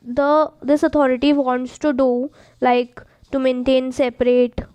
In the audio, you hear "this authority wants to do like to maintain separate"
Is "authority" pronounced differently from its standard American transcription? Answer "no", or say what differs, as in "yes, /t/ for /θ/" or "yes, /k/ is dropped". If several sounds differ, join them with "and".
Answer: yes, /t/ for /θ/